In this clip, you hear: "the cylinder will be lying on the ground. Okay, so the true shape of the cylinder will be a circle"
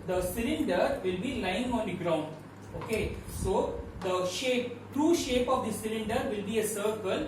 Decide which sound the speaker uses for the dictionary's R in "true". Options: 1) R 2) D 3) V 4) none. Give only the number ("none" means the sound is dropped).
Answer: 1